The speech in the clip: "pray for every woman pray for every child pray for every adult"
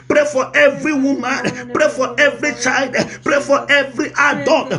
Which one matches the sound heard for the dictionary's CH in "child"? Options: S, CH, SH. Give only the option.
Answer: CH